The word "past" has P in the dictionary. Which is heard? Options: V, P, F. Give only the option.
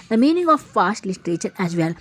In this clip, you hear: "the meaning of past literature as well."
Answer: F